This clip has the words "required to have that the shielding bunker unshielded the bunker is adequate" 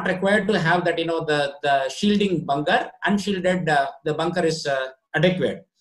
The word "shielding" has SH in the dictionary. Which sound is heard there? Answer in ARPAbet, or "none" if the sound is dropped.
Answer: SH